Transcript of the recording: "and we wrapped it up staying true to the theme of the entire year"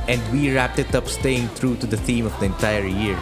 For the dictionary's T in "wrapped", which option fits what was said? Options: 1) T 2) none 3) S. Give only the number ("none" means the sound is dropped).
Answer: 1